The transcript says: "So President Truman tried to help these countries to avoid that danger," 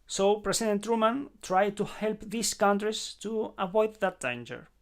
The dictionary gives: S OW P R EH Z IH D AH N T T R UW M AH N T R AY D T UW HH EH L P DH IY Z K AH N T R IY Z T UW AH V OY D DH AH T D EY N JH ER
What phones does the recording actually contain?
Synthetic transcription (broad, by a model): S OW P R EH S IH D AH N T T R UW M AH N T R AY D T UW HH EH L P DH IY S K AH N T R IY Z T UW AH V OY D DH AH T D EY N JH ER